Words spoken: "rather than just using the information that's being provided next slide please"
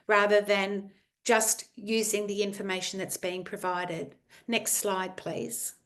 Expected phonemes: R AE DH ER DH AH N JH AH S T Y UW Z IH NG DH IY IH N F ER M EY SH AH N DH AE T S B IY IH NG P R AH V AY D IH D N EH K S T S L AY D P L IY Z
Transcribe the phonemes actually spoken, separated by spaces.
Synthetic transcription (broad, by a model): R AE DH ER DH AH N JH AH S T Y UW Z IH NG DH IY IH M F ER M EY SH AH N DH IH T S B IY IH NG P R AH V AY D IH D N EH K S T S L AY D P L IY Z